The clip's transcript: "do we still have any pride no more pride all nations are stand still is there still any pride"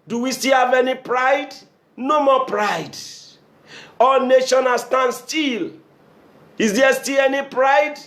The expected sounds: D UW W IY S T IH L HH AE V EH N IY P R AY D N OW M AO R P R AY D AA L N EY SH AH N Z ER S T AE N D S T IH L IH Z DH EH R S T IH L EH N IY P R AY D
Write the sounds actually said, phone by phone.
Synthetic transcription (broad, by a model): D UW W IY S T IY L HH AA V EH N IY P R AY D N OW M AO P R AY D AA L N EY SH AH N AA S T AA N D S T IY L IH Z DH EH S T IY L EH N IY P R AY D